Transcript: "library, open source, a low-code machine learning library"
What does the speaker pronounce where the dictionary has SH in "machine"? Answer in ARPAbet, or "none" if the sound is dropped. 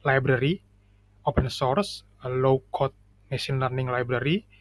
S